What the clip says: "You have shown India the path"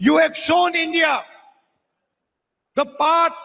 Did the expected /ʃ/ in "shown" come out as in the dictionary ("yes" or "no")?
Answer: yes